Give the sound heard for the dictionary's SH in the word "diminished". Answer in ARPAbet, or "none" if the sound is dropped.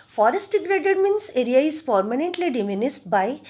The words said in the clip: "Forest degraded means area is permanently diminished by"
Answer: S